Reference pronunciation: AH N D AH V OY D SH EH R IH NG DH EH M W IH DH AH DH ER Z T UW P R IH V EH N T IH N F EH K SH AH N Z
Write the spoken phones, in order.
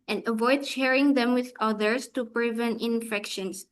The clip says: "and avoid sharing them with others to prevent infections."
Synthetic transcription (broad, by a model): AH N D AH V OY D SH EH R IH NG DH EH M W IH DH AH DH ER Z T UW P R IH V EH N IH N F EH K SH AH N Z